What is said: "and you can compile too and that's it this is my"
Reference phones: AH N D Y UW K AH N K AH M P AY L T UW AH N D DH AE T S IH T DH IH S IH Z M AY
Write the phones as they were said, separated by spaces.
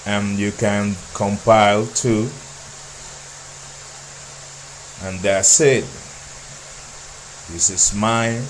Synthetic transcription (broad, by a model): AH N Y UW K AH N K AH M P AY L T UW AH N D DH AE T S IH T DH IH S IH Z M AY